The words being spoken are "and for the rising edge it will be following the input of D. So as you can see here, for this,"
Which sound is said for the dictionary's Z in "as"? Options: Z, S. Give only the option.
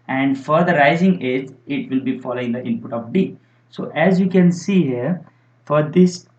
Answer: Z